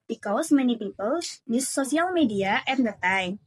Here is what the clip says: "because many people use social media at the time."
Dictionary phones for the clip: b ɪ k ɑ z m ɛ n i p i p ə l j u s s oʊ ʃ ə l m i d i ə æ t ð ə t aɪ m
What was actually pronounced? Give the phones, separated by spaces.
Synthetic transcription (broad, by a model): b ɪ k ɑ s m ɛ n i p i p ə l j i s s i ə l m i d i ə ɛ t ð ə t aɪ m